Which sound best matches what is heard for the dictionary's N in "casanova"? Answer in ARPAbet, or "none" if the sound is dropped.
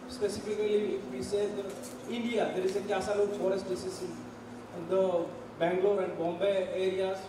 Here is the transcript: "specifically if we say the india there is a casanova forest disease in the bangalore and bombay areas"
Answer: L